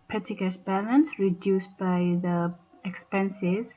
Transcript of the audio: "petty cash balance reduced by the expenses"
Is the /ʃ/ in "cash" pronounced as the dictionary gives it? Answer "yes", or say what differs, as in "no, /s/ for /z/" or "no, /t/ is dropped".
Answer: no, /s/ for /ʃ/